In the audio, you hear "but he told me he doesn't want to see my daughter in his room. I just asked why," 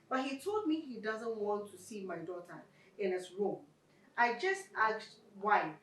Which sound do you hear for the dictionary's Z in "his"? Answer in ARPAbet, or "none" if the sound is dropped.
S